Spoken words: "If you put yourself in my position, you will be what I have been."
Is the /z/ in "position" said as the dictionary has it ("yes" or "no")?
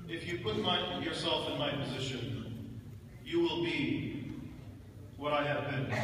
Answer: yes